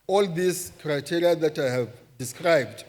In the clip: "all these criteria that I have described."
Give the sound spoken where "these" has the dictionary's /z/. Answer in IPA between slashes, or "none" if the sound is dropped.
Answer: /s/